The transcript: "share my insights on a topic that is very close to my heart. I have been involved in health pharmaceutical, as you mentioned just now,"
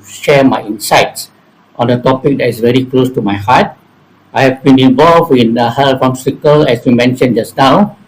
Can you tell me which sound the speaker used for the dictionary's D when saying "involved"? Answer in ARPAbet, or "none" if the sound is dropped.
none